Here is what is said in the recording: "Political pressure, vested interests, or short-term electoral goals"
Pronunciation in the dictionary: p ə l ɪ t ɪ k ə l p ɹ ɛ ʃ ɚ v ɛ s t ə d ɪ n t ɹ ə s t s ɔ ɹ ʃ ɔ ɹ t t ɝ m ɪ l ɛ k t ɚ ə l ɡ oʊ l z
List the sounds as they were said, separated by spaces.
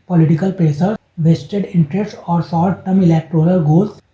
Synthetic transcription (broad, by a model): p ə l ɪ t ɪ k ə l p ɹ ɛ s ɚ v ɛ s t ə d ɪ n t ɹ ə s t ɔ ɹ s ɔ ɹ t t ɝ m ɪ l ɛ k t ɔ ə l ɡ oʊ l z